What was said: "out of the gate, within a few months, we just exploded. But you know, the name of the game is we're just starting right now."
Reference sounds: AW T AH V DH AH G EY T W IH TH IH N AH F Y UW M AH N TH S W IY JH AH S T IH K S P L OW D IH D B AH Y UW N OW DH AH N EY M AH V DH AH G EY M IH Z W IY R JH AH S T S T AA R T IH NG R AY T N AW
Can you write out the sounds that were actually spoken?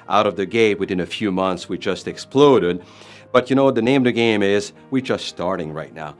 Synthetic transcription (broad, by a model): AW T AH V DH AH G EY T W IH TH IH N AH F Y UW M AH N TH S W IY JH AH S T IH K S P L OW D IH D B AH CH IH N OW DH AH N EY M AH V DH AH G EY M IH Z W IY R JH AH S T S T AA R T IH NG R AY T N AW